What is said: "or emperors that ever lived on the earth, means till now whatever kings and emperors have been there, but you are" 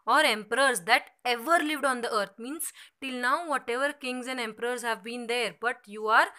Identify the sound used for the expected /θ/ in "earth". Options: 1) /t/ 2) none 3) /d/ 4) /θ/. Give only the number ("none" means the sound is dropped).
1